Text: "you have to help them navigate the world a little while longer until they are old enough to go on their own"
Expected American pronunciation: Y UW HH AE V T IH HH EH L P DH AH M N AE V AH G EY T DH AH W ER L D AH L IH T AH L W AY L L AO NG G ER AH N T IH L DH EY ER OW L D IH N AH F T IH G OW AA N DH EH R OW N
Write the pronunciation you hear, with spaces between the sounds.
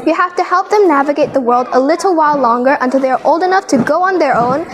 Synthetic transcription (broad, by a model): Y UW HH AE F T IH HH EH L P DH AH M N AE V AH G EY T DH AH W ER L D AH L IH T L W AY L L AO NG G ER AH N T IH L DH EY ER OW L D IH N AH F T IH G OW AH N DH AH R OW N